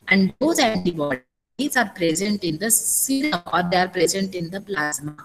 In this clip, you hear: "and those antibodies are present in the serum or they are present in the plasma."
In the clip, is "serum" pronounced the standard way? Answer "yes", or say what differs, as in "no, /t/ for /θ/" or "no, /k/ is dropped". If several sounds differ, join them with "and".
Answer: no, /m/ is dropped